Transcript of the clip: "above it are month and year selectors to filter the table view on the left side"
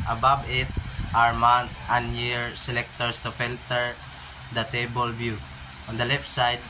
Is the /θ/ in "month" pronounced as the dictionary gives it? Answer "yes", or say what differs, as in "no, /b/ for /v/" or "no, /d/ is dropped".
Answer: no, /t/ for /θ/